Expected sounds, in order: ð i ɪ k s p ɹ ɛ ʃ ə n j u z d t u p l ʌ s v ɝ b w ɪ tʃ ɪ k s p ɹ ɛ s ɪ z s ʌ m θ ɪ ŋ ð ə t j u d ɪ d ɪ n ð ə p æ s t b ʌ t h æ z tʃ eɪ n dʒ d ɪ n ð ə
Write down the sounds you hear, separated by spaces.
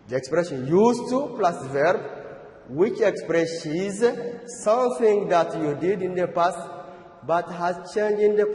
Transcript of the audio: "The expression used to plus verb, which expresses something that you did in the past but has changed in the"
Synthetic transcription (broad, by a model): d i ɪ k s p ɹ ɛ ʃ ə n j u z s t u p l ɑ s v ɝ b w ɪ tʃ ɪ k s p ɹ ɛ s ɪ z s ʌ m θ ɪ ŋ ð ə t j u d ɪ d ɪ n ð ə p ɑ s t b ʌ t h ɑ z tʃ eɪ n dʒ ɪ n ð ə